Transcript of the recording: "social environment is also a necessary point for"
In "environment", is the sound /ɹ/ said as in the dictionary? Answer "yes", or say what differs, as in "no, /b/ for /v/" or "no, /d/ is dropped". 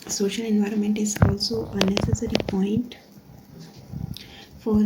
yes